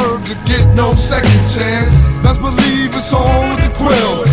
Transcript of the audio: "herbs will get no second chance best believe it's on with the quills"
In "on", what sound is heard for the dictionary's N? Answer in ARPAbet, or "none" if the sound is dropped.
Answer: L